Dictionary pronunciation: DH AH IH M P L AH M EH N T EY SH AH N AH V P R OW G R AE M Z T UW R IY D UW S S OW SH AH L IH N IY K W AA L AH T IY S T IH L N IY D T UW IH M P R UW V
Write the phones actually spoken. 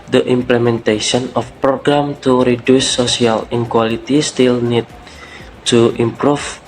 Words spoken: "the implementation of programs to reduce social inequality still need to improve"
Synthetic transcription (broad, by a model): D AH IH M P L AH M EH N T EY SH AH N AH F P R OW G R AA M T UW R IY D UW S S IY AH L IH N K W AA L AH T IY S T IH L N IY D T UW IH M P R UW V